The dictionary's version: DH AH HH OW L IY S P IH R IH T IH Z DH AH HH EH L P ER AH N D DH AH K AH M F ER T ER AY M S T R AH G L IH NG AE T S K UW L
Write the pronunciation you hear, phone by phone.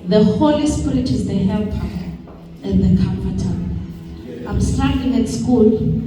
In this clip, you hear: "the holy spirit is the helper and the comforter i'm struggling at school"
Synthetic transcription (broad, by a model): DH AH HH OW L IY S P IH R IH T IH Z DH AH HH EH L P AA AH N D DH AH K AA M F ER T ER AY M S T AA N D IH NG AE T S K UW L